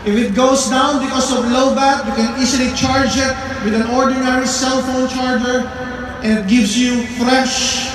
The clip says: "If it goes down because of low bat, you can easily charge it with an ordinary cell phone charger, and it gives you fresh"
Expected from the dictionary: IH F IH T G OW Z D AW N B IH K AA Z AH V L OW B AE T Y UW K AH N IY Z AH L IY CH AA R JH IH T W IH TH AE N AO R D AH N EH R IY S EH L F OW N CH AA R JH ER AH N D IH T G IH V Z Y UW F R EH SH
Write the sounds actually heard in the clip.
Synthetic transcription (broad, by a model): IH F IH T G OW S D AW N B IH K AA S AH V L OW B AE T Y UW K AH N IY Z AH L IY CH AA R JH IH T W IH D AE N AO R D AH N EH R IY S EH L F OW N CH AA R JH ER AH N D IH T G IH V S Y UW F R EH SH